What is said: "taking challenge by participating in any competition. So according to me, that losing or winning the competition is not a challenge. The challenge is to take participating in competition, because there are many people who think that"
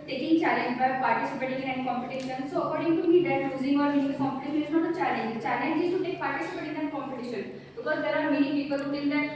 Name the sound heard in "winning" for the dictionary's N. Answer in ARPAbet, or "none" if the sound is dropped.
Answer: none